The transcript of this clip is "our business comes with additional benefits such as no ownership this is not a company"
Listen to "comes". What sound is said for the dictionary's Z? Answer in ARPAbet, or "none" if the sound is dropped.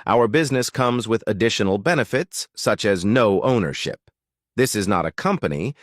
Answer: Z